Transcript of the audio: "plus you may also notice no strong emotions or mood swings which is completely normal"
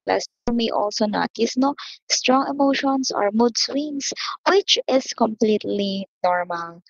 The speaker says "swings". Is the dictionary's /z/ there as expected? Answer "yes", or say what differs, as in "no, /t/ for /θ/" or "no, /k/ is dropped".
no, /s/ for /z/